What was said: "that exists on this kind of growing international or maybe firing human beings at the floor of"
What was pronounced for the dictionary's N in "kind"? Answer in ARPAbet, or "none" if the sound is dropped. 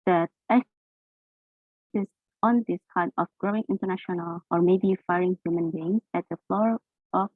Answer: none